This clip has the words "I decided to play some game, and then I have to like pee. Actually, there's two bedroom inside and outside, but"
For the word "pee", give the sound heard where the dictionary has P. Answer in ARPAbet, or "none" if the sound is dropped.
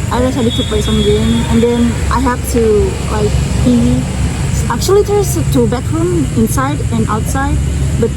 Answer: B